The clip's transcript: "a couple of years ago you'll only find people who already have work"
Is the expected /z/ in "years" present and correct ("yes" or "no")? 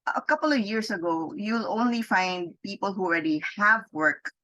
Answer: no